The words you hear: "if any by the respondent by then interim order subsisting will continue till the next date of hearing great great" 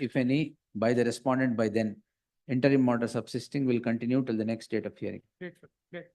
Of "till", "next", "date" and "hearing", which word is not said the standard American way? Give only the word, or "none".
hearing